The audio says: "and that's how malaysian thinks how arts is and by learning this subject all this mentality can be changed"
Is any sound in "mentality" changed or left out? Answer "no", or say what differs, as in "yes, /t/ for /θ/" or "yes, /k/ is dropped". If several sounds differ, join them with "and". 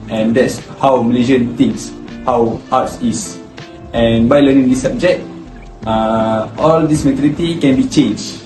yes, /n/ is dropped